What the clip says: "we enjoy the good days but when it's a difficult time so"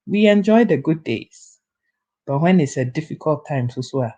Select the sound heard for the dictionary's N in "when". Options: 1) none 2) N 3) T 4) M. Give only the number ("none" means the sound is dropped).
2